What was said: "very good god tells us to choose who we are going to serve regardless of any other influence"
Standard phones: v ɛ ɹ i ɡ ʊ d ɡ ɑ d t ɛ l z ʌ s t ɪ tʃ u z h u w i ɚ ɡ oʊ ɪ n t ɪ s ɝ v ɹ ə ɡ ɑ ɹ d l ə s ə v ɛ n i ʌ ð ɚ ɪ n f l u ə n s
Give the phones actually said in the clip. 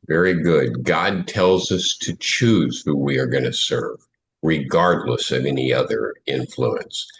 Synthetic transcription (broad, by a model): v ɛ ɹ i ɡ ʊ d ɡ ɑ d t ɛ l z ʌ s t ɪ tʃ u z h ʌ w i ɚ ɡ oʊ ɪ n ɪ s ɝ v ɹ ə ɡ ɑ ɹ d l ə s ə v ɛ n i ʌ ð ɚ ɪ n f l u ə n s